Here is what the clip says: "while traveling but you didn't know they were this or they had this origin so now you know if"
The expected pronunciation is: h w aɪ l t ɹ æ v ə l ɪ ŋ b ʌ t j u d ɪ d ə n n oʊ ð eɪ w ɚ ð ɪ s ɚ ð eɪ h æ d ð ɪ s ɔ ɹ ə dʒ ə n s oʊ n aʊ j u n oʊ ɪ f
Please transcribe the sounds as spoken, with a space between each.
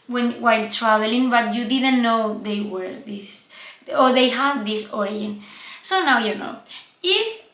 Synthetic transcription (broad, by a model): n w aɪ l t ɹ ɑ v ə l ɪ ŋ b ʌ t j u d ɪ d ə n n oʊ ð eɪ w ɚ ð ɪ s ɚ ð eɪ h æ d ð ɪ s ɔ ɹ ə ə n s oʊ n aʊ j u n oʊ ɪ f